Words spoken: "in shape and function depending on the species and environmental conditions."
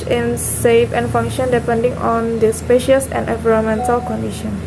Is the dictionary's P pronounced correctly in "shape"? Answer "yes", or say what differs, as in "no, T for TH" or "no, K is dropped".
no, F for P